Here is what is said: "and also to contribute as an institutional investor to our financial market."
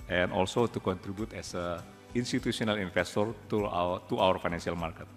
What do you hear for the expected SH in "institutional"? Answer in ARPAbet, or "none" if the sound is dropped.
S